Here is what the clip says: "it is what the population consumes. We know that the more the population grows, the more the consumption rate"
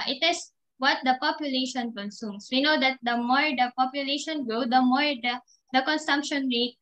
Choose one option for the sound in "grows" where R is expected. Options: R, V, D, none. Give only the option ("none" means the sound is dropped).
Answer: none